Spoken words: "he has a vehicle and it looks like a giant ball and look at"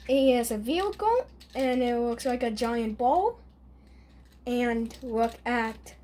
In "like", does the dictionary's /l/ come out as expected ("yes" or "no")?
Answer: yes